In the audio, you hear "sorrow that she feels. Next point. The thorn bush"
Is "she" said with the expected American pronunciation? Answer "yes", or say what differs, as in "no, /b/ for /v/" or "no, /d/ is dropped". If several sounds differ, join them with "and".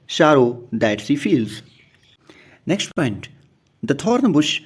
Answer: no, /s/ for /ʃ/